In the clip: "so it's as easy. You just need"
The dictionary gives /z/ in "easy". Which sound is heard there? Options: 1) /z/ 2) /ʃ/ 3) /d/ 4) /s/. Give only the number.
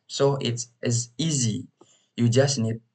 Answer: 1